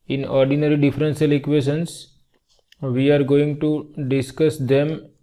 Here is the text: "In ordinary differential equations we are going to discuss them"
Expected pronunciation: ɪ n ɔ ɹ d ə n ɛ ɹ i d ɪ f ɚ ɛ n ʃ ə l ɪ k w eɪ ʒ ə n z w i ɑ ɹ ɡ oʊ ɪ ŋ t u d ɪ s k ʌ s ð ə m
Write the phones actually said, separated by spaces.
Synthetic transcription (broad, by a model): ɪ n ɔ ɹ d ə n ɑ ɹ i d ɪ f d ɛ n s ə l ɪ k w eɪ ʃ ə n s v i ɑ ɹ ɡ oʊ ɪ ŋ t u d ɪ s k ʌ s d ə m